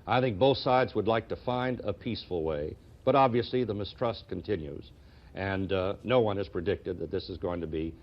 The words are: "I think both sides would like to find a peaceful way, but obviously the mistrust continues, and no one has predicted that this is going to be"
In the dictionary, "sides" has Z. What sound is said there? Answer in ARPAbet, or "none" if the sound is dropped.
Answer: Z